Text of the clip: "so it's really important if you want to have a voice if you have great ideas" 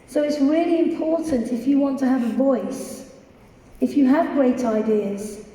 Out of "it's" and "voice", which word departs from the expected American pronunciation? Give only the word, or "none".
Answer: none